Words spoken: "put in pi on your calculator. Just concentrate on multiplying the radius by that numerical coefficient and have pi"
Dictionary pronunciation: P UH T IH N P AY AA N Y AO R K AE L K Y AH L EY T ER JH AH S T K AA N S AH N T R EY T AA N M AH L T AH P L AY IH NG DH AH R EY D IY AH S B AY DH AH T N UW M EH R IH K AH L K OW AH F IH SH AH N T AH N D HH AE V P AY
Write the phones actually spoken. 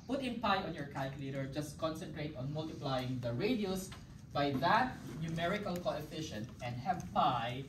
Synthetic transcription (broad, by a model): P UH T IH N P AY AA N Y AO R K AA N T L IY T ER JH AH S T K AA N S AH N T R EY T AA N M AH L T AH P L AY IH NG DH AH R EY D IY AH S B AY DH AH T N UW M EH R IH K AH L K OW AH F IH SH AH N T AH N D HH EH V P AY